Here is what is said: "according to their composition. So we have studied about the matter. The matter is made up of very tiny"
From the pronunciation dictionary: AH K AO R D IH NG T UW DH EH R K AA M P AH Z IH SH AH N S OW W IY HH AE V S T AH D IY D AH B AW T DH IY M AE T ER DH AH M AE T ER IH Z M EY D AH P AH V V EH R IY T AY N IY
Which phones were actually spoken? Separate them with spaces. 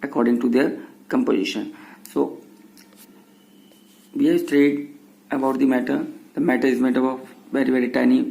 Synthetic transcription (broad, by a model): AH K AO R D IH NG T UW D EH R K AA M P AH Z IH SH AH N S OW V IY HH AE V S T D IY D AH B AW T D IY M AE T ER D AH M AE T ER IH Z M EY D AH B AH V V EH R IY T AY N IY